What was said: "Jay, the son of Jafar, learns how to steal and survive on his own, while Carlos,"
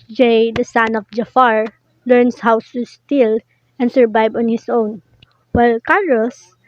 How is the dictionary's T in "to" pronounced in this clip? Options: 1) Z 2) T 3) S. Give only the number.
3